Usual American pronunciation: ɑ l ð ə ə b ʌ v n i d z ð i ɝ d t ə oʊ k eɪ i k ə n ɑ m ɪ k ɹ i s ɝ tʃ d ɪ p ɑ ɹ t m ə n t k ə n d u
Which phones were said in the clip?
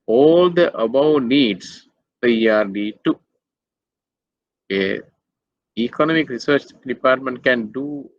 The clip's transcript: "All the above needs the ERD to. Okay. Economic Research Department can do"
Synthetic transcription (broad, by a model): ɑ l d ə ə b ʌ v n i d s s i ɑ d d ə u eɪ i k ə n ɑ m ɪ k ɹ i s ɝ tʃ d ɪ p ɑ ɹ t m ə n t k ə n d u